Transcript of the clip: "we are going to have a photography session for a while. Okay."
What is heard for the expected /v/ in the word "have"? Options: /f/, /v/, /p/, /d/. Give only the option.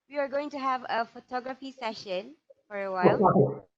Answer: /v/